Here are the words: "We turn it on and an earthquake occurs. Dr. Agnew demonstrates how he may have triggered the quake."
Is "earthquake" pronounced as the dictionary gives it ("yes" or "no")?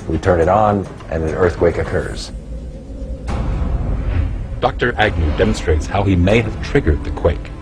yes